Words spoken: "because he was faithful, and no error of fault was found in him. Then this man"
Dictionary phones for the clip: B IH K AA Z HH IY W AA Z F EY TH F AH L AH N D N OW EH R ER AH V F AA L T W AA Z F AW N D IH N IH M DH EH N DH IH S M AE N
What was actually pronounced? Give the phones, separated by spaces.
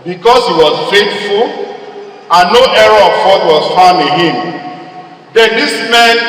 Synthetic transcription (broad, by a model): B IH K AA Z HH IY W AA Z F EY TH F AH L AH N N OW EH R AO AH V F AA T W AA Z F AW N IH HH IH M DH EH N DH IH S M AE N